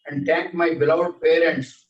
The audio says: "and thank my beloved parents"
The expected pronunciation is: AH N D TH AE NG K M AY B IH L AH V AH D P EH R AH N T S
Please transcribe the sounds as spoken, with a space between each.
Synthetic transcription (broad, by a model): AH N D T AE NG K M AY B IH L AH AH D P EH R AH N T S